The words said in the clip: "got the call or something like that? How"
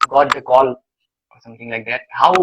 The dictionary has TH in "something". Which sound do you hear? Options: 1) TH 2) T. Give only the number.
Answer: 2